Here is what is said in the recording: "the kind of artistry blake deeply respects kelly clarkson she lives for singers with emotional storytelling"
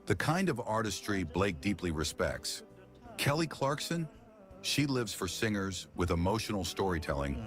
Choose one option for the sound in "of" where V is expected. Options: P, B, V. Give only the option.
V